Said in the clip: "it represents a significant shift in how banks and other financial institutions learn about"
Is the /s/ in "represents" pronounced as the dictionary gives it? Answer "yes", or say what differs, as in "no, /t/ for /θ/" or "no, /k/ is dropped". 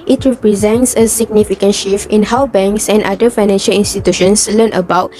yes